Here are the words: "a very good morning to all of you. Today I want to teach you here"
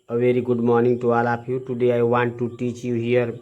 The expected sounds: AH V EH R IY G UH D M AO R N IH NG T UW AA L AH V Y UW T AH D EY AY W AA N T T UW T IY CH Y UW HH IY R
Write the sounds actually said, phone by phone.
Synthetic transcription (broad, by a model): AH V EH R IY G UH D M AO R N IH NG T UW AA L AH P Y UW T AH D EY AY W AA N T T UW T IY CH Y UW HH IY R